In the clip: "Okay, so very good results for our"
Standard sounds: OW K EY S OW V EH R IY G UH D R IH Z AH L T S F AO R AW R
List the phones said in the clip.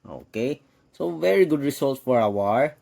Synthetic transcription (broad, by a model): OW K EY S OW V EH R IY G UH D R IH S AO L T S F AO R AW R